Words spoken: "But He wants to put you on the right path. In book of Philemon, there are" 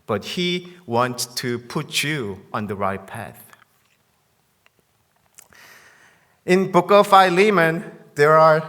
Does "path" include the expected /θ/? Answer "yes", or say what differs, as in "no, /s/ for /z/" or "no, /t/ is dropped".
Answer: yes